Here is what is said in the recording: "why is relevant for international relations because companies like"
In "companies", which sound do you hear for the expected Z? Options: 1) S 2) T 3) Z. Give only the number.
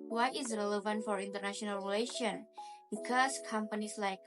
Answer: 1